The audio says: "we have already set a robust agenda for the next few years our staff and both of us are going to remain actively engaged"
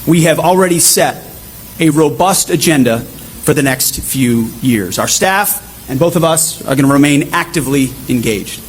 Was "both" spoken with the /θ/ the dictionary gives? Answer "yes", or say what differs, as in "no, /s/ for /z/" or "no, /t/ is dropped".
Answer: yes